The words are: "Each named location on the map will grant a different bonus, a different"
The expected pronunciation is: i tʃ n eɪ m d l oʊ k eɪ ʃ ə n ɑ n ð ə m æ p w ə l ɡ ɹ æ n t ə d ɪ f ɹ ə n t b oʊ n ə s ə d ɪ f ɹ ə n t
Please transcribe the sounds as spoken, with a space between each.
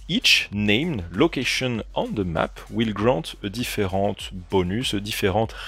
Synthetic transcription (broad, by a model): i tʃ n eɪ m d l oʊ k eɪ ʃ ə n ɑ n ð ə m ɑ p w ə l ɡ ɹ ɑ t ə d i f ɹ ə t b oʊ n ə s ə d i f ɹ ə t